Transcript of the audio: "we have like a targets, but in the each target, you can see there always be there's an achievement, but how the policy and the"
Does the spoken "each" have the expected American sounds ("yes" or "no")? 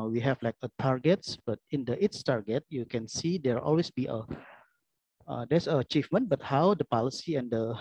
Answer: no